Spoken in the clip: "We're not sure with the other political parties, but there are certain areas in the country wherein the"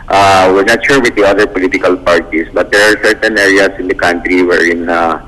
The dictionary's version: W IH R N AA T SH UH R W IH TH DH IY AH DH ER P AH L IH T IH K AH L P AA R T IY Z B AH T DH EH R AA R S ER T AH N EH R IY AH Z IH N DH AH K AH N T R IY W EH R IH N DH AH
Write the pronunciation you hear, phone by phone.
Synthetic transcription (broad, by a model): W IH R N AA T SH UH R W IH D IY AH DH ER P AH L IH T IH K AH L P AA R T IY S B AH T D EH R AA R S ER T AH N EH R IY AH S IH N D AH K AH N T R IY W EH R IH N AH